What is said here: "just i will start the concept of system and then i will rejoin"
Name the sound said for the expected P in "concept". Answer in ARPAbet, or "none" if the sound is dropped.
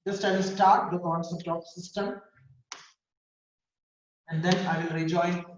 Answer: none